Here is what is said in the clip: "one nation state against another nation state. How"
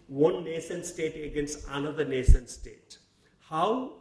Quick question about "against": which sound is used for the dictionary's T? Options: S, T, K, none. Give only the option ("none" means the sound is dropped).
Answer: T